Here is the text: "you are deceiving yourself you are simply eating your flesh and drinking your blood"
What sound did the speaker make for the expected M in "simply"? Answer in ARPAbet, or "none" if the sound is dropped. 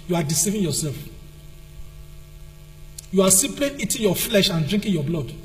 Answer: none